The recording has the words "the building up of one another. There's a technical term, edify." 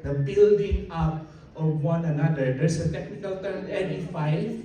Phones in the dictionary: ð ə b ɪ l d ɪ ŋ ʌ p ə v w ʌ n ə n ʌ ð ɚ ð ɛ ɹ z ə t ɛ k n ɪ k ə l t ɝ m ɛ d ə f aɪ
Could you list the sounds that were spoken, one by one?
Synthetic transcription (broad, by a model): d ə b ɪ l d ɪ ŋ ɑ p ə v w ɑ n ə n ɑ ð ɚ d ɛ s ə t ɛ k n ɪ k ə l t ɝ ɛ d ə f aɪ